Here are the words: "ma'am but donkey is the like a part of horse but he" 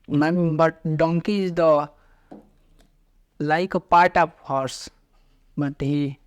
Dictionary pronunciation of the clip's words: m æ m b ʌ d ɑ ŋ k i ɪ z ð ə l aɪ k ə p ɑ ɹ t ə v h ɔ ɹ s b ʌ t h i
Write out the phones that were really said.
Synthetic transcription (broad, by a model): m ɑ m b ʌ d ɑ ŋ k i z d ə l aɪ k ə p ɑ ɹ t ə p h ɔ ɹ s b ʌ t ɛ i